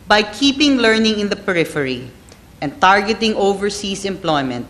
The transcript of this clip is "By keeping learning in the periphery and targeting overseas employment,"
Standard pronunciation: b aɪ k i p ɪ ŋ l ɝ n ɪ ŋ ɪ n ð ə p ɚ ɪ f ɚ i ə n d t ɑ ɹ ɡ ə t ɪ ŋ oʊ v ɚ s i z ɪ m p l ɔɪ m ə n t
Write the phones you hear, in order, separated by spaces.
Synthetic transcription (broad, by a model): b aɪ k i p ɪ ŋ l ɝ n ɪ ŋ ɪ n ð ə p ɚ ɪ f ɚ i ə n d t ɑ ɹ ɡ ə t ɪ ŋ oʊ v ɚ s i s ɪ m p l ɔɪ m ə n t